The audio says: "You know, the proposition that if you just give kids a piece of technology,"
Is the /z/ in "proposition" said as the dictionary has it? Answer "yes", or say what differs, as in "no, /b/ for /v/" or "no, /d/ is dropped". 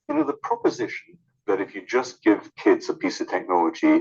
yes